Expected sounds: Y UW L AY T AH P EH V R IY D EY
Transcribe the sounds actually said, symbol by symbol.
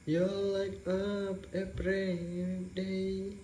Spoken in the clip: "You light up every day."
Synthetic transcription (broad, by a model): Y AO L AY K AH P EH P R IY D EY